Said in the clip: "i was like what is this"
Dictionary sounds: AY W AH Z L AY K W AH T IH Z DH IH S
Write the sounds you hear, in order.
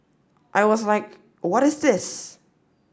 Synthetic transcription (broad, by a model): AY W AH Z L AY K W AH T IH Z DH IH S